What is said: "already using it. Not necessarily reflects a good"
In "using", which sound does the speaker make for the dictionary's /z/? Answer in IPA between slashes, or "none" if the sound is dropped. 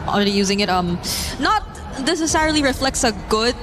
/z/